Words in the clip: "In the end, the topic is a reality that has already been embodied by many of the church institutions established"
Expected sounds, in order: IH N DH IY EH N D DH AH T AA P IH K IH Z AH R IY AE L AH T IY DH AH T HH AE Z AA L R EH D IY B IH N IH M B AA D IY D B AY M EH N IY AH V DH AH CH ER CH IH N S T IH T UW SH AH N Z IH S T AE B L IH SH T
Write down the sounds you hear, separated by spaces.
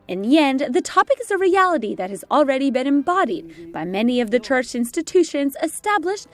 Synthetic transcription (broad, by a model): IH N DH IY EH N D DH AH T AA P IH K IH Z AH R IY AE L AH T IY DH AH T HH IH Z L R EH D IY B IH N IH M B AA D IY D B AY M EH N IY AH V DH AH CH ER CH IH N S T IH T UW SH AH N Z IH S T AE B L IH SH T